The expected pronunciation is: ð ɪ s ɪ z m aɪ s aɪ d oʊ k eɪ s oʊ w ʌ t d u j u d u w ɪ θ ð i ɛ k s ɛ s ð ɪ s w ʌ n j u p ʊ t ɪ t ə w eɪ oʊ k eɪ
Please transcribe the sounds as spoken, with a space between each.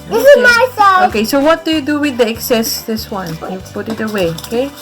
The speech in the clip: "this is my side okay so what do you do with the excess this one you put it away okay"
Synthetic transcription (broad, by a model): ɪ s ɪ m aɪ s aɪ oʊ k eɪ s oʊ w ʌ t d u j u d u w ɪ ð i ɛ k s ɛ s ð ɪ s w ʌ n j u p ʊ t ɪ t ə w eɪ oʊ k eɪ